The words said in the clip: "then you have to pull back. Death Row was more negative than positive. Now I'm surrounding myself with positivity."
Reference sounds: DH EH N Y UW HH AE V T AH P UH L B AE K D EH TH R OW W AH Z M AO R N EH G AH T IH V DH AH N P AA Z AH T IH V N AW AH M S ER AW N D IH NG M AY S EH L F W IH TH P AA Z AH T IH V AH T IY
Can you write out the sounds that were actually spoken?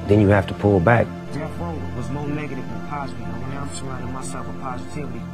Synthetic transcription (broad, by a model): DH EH N Y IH HH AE F T AH P UH L B AE K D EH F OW W AH Z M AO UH N EH G AH T IH V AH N P AA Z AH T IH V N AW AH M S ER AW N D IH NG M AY S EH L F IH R P AA Z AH T IH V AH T IY